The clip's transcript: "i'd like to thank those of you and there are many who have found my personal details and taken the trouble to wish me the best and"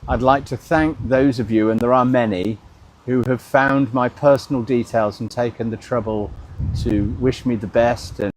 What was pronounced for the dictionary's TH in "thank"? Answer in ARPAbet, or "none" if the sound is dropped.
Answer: TH